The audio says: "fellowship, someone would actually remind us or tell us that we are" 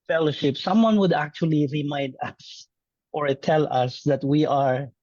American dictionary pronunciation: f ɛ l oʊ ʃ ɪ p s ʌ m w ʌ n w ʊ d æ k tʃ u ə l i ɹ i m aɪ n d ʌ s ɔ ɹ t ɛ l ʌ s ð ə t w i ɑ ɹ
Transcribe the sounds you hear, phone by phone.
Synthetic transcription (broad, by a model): f ɛ l oʊ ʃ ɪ p s ʌ m w ʌ n w ʊ d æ k tʃ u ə l i ɹ i m aɪ n d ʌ s ɔ ɹ t ɛ l ʌ s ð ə t w i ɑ ɹ